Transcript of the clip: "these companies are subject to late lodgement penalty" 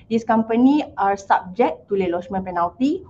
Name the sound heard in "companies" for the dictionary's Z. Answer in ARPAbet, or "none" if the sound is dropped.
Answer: none